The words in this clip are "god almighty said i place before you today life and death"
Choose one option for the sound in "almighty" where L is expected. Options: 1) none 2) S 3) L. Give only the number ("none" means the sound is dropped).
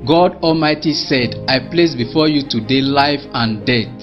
3